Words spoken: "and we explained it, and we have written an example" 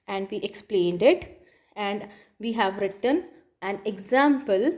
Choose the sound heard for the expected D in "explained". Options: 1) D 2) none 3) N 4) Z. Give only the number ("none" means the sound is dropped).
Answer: 1